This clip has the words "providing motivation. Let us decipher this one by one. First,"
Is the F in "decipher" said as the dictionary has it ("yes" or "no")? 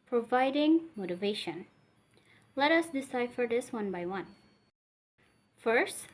yes